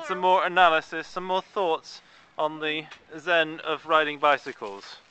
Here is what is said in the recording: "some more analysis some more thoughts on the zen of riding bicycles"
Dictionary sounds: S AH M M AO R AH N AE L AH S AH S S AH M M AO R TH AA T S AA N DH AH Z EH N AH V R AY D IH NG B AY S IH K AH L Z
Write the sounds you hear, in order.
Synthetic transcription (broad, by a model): S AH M M AO R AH N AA L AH S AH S S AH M M AO TH AA T S N DH AH Z EH N AH V R AY D IH NG B AY S IH K AH L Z